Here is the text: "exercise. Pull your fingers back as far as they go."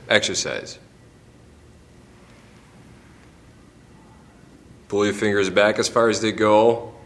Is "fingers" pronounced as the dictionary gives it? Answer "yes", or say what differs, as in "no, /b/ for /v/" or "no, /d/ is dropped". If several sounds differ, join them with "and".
yes